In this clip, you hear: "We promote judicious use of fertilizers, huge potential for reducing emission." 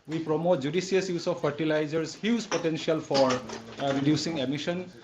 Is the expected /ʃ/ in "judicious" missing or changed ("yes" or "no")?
yes